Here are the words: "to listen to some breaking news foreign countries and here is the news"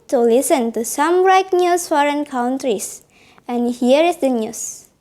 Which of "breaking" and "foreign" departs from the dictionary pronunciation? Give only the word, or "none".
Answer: breaking